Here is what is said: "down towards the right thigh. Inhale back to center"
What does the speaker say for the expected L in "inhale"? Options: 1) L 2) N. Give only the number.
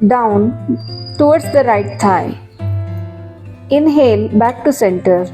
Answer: 1